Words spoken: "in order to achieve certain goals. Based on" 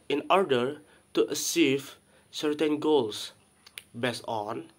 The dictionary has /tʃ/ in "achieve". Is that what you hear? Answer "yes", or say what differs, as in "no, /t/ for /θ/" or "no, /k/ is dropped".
no, /s/ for /tʃ/